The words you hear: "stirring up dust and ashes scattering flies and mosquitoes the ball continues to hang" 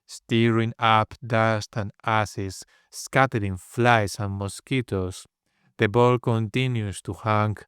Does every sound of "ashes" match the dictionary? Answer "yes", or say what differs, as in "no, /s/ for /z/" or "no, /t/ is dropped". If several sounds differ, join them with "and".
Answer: no, /s/ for /ʃ/